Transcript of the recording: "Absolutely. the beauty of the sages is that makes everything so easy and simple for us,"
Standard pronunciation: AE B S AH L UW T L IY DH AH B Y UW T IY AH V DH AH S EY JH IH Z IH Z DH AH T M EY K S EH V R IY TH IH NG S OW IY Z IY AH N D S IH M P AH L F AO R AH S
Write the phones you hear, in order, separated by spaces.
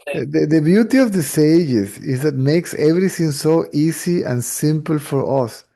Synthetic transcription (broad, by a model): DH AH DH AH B Y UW T IY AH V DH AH S EY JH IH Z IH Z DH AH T M EY K S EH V R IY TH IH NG S OW IY S IY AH N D S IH M P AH L F AO R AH S